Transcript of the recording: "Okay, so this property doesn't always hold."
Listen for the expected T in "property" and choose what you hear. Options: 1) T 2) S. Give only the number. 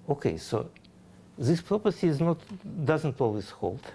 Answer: 2